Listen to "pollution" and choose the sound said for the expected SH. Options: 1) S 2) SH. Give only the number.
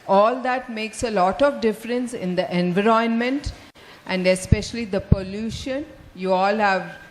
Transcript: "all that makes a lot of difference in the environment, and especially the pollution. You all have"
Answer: 2